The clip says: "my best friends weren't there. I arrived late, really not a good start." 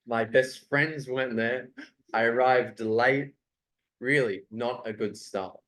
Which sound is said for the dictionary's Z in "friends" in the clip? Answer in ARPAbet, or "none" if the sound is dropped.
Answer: Z